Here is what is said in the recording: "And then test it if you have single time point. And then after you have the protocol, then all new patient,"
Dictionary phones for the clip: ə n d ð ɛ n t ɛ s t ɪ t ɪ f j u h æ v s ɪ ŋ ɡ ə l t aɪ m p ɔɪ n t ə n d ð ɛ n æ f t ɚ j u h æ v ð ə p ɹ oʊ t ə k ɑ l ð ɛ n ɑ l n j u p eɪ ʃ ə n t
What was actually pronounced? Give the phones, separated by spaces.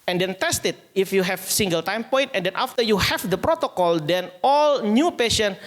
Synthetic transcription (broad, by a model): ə n d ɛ n t ɛ s t ɪ t ɪ f j u h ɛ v s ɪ ŋ ɡ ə l t aɪ m p ɔɪ n t ə n d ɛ n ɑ f t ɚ j u h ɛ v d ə p ɹ oʊ t ə k ɑ l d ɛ n ɑ l n j u p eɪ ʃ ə n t